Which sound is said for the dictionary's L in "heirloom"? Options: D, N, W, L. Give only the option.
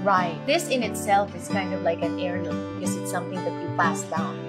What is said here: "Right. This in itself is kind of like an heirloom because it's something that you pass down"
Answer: N